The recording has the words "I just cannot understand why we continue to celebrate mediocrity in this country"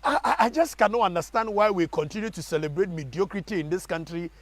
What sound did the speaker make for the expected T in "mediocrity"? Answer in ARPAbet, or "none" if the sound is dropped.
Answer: T